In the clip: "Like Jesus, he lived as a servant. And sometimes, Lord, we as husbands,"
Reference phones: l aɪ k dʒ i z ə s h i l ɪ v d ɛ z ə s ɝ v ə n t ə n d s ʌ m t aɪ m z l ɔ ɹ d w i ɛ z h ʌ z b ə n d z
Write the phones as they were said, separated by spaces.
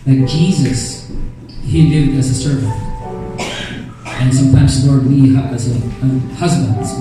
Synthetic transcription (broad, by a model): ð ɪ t dʒ i z ə s h i l ɪ v d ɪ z ə s ɝ v ə n t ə n s ʌ m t aɪ m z l ɔ ɹ d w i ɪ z h ʌ z b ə n d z